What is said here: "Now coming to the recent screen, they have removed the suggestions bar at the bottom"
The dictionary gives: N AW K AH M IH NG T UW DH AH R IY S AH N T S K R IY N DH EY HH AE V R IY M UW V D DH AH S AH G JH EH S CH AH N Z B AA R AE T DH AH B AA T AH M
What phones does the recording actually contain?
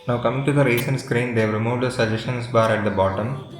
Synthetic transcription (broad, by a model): N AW K AH M IH NG T UW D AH R IY S AH N T S K R IY N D EY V R IY M UW V D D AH S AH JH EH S SH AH N S B AA R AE T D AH B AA T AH M